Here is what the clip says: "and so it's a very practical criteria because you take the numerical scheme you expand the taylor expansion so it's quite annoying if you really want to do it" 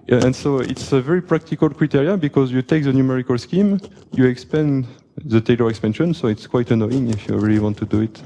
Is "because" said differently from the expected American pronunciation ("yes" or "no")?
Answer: no